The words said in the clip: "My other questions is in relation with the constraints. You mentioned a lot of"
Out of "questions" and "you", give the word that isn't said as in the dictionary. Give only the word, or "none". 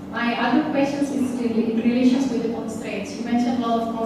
questions